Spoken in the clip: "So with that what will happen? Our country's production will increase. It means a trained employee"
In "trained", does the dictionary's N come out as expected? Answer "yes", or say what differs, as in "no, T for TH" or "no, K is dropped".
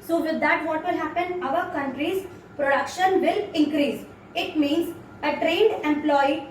yes